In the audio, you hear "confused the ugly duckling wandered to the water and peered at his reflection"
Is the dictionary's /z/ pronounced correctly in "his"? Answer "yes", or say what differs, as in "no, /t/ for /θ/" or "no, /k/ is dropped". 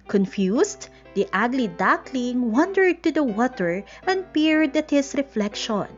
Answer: no, /s/ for /z/